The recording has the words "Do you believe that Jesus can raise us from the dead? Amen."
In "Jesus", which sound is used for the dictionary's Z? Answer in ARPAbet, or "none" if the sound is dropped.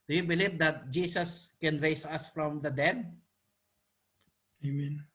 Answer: S